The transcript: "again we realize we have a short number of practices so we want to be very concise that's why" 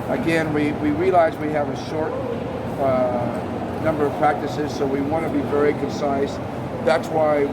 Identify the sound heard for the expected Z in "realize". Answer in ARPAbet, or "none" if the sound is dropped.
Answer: Z